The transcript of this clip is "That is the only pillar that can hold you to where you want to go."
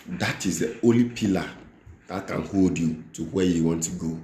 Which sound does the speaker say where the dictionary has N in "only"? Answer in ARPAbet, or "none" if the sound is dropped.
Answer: none